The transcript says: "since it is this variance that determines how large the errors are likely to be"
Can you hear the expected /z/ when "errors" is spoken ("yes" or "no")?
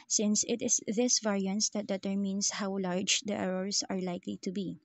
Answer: no